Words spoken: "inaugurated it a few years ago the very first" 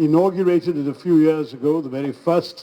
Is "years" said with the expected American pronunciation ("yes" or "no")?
yes